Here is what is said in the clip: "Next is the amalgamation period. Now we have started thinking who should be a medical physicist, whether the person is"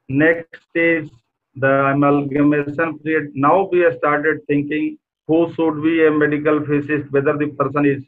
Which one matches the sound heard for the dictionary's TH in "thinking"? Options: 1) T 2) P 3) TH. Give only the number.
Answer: 1